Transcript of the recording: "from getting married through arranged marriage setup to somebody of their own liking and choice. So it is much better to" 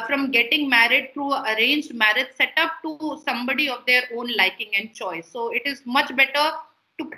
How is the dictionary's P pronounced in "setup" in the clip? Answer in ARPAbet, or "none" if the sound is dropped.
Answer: P